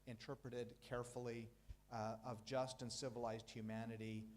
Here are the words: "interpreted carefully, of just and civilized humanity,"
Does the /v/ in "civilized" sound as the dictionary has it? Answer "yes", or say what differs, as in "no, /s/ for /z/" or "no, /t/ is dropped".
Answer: yes